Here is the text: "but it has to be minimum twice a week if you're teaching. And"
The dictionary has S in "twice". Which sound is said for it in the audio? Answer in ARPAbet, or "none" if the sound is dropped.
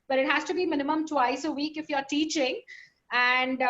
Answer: S